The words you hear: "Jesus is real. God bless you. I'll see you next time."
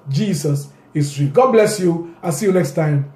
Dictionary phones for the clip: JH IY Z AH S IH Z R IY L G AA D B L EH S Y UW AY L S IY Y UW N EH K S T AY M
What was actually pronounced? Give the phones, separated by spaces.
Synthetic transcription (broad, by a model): JH IY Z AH S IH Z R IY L G AA D B L EH S Y UW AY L S IY Y UW N EH K S T AY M